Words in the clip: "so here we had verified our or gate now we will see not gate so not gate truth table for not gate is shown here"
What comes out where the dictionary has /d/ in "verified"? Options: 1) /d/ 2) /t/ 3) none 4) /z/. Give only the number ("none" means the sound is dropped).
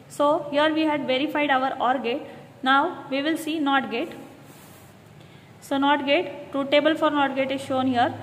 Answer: 1